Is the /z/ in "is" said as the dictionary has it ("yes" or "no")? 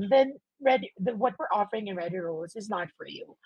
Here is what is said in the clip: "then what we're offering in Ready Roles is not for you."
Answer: yes